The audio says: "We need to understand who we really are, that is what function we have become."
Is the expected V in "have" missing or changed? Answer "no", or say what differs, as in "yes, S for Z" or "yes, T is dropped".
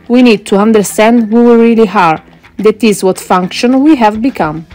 no